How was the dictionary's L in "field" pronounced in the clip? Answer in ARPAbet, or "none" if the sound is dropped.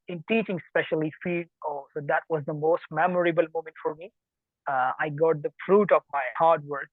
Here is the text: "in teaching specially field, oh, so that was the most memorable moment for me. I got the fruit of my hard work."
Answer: none